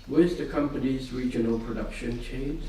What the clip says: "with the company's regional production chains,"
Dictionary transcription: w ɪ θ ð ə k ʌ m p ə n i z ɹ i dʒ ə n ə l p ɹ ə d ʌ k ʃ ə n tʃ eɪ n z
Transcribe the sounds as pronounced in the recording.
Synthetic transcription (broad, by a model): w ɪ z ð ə k ʌ m p ə n i z ɹ i dʒ ə n ə l p ɹ ə d ʌ k ʃ ə n tʃ eɪ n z